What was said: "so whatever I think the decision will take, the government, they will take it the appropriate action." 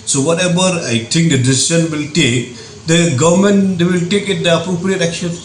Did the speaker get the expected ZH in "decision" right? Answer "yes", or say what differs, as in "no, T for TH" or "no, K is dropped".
no, SH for ZH